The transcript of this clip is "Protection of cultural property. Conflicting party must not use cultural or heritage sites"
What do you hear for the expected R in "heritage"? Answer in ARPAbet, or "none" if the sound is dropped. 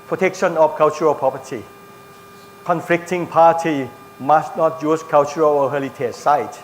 L